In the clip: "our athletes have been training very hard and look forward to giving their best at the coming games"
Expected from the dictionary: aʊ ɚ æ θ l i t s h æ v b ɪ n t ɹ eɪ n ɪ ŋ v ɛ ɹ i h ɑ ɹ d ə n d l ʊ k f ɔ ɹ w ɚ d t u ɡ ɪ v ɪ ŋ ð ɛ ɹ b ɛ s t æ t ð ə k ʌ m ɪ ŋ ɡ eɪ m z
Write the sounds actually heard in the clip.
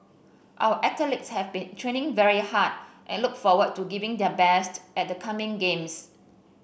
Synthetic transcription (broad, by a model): aʊ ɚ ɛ t l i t s h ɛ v b ɪ n t ɹ eɪ n ɪ ŋ v ɛ ɹ i h ɑ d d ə n l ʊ k f ɔ w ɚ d t u ɡ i v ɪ ŋ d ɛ b ɛ s t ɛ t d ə k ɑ m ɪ ŋ ɡ eɪ m s